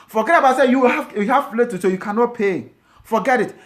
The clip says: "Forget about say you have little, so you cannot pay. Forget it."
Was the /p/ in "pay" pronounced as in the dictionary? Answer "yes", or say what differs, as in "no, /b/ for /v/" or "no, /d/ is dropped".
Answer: yes